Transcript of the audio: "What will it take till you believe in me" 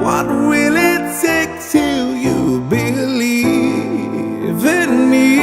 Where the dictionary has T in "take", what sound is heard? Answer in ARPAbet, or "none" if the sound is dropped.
S